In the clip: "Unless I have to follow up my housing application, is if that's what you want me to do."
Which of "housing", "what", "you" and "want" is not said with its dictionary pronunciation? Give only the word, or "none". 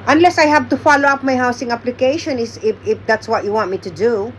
housing